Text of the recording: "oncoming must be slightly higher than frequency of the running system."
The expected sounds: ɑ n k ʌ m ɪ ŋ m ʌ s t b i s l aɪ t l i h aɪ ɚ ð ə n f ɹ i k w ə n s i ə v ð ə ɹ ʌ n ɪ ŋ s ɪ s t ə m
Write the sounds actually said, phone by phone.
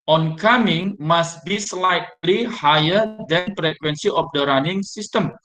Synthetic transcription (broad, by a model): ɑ n k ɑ m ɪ ŋ m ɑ s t b i s l aɪ t l i h aɪ ɚ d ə n p ɹ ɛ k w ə n s i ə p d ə ɹ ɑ n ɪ ŋ s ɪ s t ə m